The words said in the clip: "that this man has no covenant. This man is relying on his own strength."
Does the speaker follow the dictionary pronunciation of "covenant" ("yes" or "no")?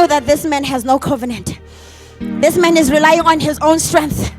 yes